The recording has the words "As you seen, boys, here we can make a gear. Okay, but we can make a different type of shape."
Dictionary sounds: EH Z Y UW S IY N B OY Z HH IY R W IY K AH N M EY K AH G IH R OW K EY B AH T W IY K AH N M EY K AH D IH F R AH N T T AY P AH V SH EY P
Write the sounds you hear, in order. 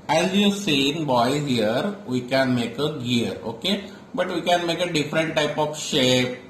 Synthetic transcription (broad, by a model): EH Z Y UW S IY N B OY HH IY R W IY K AH N M EY K AH G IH R OW K EY B AH T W IY K AH N M EY K AH D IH F R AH N T T AY P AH F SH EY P